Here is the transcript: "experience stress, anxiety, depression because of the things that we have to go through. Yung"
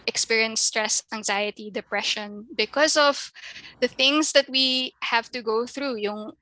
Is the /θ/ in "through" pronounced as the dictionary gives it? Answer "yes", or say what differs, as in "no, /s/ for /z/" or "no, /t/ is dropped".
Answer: yes